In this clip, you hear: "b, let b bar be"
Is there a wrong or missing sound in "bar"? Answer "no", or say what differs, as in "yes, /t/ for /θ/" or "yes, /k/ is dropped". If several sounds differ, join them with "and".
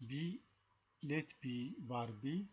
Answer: no